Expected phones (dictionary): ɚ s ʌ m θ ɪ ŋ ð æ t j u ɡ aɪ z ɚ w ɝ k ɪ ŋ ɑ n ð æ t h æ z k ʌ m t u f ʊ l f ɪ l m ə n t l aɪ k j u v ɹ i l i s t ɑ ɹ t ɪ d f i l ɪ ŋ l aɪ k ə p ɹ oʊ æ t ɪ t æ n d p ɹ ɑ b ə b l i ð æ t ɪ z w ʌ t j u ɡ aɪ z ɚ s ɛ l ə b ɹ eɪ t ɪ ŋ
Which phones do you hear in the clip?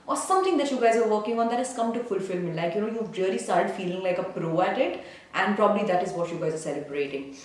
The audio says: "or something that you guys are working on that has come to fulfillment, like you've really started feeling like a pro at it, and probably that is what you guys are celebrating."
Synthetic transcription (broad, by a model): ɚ s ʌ m t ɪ ŋ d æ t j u ɡ aɪ z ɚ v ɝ k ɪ ŋ ɑ n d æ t h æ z k ʌ m t u f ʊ l f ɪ l m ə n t l aɪ k j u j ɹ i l i s t ɑ ɹ t ɪ d f i l ɪ ŋ l aɪ k ə p ɹ oʊ æ t ɪ t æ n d p ɹ ɑ b ə b l i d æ t ɪ z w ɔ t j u ɡ aɪ z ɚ s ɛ l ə b ɹ eɪ t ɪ ŋ